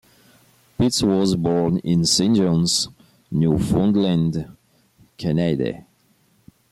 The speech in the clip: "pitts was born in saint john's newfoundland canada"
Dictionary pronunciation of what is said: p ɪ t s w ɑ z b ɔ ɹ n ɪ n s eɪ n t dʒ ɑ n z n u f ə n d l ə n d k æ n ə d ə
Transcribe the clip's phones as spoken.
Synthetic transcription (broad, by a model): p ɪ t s w ɑ z b ɔ ɹ n ɪ n s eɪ n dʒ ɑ n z n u f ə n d l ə n d k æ n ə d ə